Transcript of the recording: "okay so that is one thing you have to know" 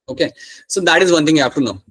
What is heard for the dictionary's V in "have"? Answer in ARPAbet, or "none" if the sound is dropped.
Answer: P